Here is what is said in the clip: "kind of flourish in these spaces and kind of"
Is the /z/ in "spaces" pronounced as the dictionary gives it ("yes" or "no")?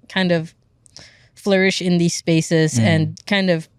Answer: yes